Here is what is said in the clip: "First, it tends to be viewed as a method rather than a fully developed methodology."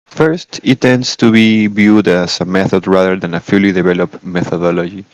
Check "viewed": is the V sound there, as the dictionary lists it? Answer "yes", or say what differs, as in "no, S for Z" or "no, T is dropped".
no, B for V